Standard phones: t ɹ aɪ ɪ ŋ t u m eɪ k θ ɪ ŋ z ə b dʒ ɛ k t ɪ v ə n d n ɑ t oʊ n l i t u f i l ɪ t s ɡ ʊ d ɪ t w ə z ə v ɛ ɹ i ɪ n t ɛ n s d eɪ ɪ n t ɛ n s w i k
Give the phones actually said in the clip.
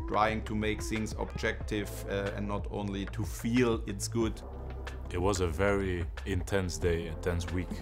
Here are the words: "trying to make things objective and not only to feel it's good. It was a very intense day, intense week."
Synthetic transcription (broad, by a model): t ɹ aɪ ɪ ŋ t u m eɪ k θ ɪ ŋ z ə b dʒ ɛ k t ɪ v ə n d n ɑ t oʊ n l i t u f i l ɪ t s ɡ ʊ d ɪ t w ə z ə v ɛ ɹ i ɪ n t ɛ n s d eɪ ɪ n t ɛ n s w i k